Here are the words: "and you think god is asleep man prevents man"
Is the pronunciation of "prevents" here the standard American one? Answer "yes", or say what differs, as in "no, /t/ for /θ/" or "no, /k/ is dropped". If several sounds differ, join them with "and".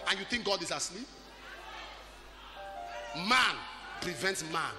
yes